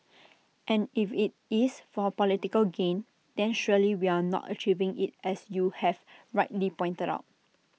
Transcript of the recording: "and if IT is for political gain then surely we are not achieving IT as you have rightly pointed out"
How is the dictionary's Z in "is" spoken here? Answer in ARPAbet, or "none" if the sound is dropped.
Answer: S